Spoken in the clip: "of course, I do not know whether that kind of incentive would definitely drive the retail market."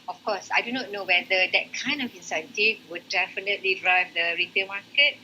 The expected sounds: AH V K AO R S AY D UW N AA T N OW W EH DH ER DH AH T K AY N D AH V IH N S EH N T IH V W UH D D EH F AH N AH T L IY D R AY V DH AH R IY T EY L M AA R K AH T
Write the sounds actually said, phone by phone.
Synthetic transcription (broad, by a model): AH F K AO S AY D UW N AA T N OW W EH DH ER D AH T K AY N D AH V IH N S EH N T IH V W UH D D EH F AH N AH T L IY D R AY V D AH R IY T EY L M AA K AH T